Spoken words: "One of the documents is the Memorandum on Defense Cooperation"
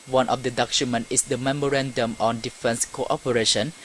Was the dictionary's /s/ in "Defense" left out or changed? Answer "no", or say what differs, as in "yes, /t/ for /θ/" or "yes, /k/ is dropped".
no